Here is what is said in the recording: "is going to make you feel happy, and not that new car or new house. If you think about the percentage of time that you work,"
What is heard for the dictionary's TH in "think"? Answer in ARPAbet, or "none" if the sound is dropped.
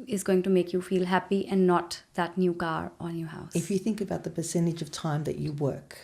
TH